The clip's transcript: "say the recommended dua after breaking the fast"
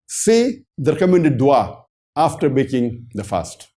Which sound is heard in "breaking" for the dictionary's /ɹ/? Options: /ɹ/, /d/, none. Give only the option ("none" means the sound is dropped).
none